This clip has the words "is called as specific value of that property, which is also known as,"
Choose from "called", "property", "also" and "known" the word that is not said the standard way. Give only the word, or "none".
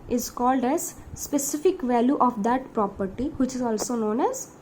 none